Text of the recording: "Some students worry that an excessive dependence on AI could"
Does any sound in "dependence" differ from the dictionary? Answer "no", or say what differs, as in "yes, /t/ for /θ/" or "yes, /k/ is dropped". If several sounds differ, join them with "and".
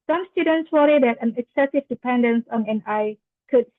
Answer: no